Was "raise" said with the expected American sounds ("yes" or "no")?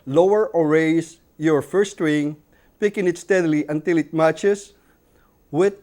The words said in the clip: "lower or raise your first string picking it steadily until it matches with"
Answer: no